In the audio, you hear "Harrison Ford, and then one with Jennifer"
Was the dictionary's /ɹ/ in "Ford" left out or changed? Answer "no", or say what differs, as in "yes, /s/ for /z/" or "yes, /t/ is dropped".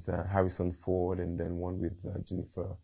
yes, /w/ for /ɹ/